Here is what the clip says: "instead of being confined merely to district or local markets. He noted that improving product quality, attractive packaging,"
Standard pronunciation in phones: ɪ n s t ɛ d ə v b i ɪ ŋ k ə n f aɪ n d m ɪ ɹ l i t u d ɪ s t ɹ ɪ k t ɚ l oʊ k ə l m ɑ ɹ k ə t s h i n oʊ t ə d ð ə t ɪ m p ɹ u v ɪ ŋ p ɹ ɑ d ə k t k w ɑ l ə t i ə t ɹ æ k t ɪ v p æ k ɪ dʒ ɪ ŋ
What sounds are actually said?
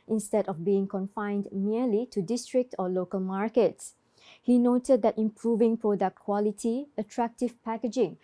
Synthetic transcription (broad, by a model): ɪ n s t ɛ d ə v b i ɪ ŋ k ə n f aɪ n d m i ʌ l i t u d ɪ s t ɹ ɪ k t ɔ l oʊ k ə l m ɑ ɹ k ə t s h i n oʊ t ə d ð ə t ɪ m p ɹ u v ɪ ŋ p ɹ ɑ d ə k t k w ɑ l ə t i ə t ɹ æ k t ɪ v p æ k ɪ dʒ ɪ ŋ